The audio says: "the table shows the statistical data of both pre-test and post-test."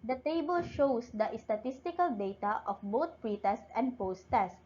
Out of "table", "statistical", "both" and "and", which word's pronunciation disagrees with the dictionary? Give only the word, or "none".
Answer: both